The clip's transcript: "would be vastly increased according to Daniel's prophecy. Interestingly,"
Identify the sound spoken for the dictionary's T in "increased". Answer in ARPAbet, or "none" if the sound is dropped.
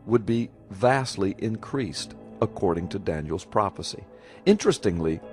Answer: T